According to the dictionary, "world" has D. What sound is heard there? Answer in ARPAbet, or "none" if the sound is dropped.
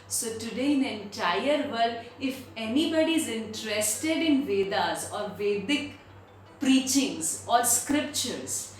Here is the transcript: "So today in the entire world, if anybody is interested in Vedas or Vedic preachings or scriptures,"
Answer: none